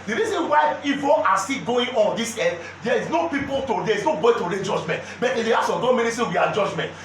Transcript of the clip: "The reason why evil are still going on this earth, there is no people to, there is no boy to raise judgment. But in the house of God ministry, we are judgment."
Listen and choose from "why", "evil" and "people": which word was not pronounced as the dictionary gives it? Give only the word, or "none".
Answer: evil